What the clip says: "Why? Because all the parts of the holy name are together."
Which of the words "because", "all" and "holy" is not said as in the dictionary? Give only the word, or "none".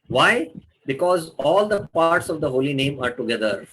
none